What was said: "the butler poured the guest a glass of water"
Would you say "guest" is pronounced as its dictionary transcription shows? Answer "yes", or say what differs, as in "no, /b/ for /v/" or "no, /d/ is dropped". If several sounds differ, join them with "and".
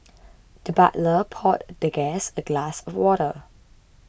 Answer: no, /t/ is dropped